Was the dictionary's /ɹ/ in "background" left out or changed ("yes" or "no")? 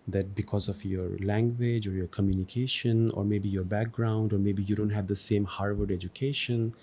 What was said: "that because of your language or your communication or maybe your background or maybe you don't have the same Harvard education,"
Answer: no